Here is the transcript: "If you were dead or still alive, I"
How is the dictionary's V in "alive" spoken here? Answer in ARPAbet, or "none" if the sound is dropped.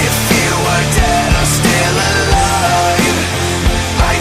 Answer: none